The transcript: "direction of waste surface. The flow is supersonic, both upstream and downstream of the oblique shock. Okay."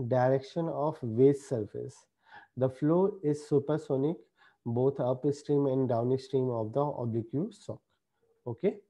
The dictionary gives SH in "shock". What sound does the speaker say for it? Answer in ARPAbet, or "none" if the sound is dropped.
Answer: S